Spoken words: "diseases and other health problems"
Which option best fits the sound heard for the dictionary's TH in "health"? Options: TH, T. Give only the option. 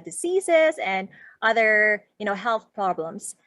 TH